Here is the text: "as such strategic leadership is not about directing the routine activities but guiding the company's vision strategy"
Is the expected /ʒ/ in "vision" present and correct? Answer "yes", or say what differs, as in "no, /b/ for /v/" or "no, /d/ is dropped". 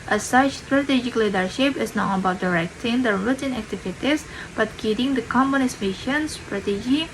no, /ʃ/ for /ʒ/